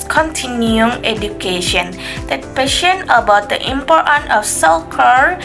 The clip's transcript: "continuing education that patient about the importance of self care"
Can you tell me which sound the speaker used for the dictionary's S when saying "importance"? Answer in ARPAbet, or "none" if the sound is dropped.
none